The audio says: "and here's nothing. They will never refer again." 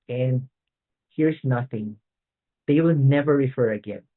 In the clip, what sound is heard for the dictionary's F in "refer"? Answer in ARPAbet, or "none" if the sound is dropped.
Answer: F